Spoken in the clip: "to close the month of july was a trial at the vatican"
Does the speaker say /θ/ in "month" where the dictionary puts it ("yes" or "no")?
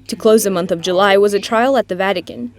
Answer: yes